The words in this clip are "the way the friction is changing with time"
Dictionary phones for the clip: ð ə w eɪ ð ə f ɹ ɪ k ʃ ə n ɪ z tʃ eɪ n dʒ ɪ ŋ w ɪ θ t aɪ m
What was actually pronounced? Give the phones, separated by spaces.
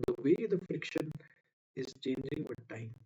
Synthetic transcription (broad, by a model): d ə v eɪ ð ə f ɹ ɪ k ʃ ə n ɪ z tʃ eɪ n dʒ ɪ ŋ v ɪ t aɪ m